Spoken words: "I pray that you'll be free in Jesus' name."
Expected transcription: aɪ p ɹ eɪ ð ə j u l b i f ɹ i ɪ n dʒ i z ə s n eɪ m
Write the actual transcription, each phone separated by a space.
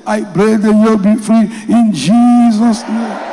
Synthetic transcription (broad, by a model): aɪ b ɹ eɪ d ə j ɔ b i f ɹ i ɪ n dʒ i z ə s n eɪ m